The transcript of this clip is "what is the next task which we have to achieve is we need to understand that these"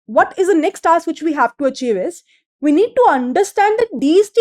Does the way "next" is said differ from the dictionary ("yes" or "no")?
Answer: no